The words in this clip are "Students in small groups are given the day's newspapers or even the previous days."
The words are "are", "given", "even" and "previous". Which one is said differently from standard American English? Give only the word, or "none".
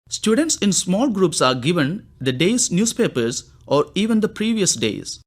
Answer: none